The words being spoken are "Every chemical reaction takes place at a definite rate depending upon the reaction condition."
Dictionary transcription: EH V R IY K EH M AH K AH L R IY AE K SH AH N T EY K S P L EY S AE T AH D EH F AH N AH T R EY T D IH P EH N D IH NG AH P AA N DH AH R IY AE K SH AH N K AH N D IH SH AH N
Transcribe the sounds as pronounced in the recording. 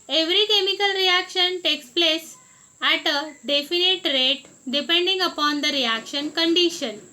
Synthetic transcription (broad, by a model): EH V R IY K EH M AH K AH L R IY AE K SH AH N T EY K S P L EY S AE T AH D EH F AH N AH T R EY T D IH P EH N D IH NG AH P AA N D AH R IY AE K SH AH N K AH N D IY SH AH N